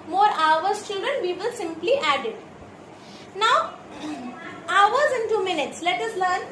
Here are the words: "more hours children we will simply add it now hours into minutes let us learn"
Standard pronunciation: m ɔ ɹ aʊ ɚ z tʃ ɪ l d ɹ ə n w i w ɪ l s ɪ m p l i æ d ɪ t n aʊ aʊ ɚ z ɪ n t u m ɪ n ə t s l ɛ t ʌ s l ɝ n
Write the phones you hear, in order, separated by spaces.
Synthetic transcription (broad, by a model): m ɔ ɹ aʊ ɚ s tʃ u d ə n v i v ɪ l s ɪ m p l i æ d ɪ t n aʊ aʊ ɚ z ɪ n t u m ɪ n ə t s l ɛ t ʌ s l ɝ n